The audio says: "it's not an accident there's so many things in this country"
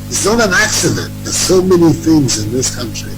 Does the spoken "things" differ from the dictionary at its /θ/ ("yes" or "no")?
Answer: no